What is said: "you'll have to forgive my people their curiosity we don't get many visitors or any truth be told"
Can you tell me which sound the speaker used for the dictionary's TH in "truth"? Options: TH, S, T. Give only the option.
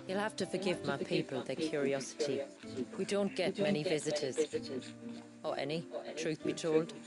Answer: TH